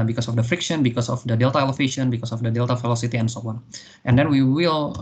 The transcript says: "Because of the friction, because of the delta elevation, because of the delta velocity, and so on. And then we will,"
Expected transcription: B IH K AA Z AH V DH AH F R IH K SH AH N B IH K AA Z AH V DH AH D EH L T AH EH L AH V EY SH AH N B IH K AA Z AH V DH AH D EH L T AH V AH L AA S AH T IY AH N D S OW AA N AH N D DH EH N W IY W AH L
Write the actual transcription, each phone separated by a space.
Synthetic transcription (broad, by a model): B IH K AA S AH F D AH F R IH K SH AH N B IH K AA S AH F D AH D EH L T AH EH L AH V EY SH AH N B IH K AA S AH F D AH D EH L T AH F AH L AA S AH T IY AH N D S OW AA N AH N D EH N W IY W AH L